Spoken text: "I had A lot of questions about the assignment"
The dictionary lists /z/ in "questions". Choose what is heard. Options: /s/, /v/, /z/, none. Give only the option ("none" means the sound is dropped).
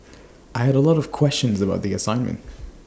/z/